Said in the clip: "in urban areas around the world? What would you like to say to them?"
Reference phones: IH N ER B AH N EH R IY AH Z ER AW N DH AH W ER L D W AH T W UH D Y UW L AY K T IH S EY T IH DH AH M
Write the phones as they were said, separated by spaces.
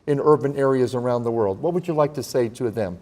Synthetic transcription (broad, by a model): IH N ER B AH N EH R IY AH Z ER AW N DH AH W ER L D W AH T W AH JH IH L AY K T IH S EY T IH DH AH M